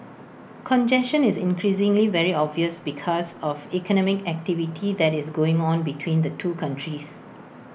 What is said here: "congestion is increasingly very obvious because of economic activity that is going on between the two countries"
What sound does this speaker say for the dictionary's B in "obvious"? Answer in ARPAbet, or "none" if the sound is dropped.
B